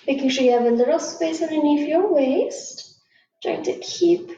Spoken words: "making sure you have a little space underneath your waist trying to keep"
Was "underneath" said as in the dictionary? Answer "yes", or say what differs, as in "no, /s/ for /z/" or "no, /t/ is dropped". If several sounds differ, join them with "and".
no, /f/ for /θ/